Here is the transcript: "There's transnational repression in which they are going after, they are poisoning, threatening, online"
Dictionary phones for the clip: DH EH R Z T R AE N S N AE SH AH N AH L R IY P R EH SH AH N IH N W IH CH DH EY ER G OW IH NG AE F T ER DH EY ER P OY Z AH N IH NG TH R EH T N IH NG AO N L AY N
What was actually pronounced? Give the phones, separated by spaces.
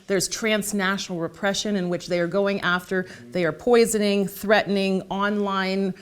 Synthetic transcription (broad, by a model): DH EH R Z T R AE N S N AE SH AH N L R IY P R EH SH AH N IH N W IH CH DH EY ER G OW IH NG AE F T ER DH EY ER P OY Z AH N IH NG TH R EH T N IH NG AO N L AY N